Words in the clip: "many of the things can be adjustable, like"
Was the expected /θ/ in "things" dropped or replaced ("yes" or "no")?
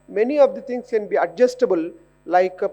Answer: yes